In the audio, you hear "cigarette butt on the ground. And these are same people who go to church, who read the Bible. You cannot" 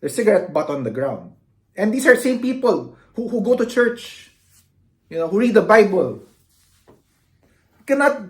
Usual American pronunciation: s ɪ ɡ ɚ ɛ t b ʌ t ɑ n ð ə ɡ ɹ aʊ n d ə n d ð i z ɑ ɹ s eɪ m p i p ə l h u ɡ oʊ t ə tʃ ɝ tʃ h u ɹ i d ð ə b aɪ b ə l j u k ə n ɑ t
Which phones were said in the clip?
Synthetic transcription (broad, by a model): s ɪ ɡ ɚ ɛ t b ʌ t ɑ n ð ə ɡ ɹ aʊ n d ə n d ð i s ɑ ɹ s eɪ m p i p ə l h u ɡ oʊ t ə tʃ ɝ tʃ h u ɹ i d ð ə b aɪ b ə l k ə n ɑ t